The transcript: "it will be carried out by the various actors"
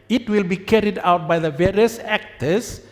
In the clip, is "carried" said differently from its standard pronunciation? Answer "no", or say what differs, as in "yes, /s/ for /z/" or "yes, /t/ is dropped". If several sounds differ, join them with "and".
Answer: no